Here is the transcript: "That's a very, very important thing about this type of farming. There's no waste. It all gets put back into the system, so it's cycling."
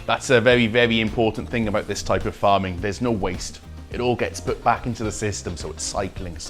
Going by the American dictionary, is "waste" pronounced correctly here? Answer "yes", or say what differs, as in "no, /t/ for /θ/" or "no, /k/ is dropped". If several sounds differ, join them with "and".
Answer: yes